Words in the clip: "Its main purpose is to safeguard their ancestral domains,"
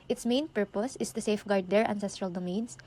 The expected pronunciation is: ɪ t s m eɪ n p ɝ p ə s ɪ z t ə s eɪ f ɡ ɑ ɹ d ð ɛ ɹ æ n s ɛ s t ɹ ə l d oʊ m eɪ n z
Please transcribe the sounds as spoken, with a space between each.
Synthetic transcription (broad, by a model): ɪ t s m eɪ n p ɝ p ə s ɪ s t ə s eɪ f ɡ ɑ ɹ d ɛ ɹ æ n s ɛ s t ɹ ə l d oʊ m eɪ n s